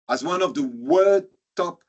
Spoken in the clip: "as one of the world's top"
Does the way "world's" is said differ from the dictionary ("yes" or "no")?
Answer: yes